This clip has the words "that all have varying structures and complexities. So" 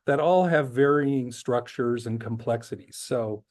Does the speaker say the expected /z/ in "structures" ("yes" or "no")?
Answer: yes